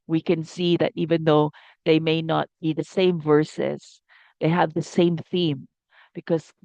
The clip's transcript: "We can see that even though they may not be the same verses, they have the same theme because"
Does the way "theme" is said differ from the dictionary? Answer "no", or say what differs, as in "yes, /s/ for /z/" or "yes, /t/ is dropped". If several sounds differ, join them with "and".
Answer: no